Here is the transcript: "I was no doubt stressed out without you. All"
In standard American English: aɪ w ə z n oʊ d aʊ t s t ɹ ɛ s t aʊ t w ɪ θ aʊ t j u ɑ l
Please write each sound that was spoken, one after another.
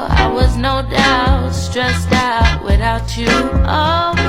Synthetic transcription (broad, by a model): aɪ w ə z n oʊ d aʊ t s t ɹ ɛ s t aʊ t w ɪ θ aʊ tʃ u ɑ